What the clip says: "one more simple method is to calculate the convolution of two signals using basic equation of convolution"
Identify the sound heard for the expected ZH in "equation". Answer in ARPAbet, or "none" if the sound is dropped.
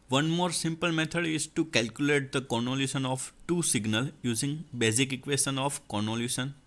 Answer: S